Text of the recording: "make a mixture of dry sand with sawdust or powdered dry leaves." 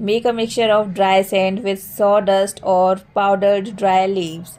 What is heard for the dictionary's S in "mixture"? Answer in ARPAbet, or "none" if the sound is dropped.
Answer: S